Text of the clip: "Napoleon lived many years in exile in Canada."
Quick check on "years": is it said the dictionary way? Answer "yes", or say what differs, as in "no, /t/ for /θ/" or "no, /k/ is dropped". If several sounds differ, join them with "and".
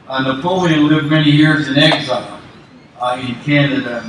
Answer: yes